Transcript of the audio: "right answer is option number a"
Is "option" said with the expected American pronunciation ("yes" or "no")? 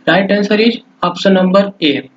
no